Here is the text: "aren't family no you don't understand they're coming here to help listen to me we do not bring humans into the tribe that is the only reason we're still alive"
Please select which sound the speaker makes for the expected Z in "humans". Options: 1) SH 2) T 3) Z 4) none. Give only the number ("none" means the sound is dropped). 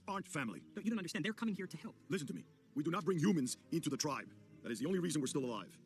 3